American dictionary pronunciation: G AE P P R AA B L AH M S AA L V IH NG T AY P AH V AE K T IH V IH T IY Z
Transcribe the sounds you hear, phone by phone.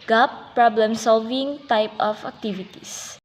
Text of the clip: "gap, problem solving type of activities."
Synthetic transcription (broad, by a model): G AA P P R AA B L AH M S AA L V IH NG T AY P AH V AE K T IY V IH T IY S